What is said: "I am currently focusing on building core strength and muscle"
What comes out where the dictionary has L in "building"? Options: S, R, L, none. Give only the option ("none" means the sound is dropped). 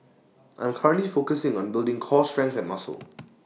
L